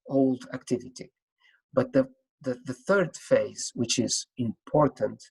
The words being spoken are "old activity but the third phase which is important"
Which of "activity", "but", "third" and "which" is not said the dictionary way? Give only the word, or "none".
none